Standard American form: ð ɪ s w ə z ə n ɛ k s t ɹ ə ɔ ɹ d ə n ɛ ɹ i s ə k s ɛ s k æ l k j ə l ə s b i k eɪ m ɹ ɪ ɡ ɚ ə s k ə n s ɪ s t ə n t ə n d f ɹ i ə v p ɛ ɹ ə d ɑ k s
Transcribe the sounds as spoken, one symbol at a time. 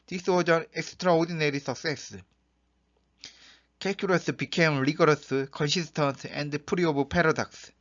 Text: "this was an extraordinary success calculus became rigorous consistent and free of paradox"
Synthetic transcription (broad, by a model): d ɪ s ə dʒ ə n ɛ k s t ɹ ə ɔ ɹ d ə n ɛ ɹ i s ə k s ɛ s k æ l k j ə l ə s b i k eɪ m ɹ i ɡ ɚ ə s k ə n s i s t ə n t ə n d p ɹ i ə b p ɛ ɹ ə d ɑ k s